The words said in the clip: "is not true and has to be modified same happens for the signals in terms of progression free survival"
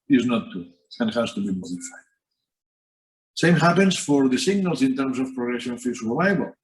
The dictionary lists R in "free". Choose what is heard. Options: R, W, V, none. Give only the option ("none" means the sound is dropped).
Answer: none